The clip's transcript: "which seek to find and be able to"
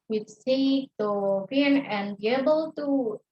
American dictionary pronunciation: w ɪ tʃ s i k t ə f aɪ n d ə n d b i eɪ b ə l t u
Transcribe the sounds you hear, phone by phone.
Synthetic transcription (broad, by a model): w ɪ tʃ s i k t ə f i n ə n b i eɪ b ə l t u